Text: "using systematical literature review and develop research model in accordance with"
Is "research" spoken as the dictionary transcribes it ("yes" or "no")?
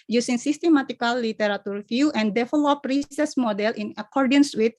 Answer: no